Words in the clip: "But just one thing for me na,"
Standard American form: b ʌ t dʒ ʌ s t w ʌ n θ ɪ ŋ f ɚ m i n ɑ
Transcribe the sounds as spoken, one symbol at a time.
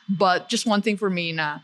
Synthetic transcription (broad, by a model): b ʌ t dʒ ʌ s t w ʌ n θ ɪ ŋ f ɚ m i n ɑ